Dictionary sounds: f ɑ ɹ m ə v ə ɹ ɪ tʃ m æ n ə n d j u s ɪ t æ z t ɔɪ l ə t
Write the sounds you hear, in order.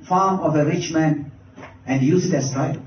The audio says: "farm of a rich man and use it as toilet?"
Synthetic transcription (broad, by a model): f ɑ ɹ m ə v ə ɹ ɪ tʃ m æ n ə n d j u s ɪ t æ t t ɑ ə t